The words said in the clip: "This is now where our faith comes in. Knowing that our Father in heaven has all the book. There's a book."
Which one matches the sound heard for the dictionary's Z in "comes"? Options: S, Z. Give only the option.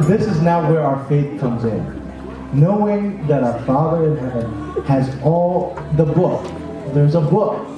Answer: Z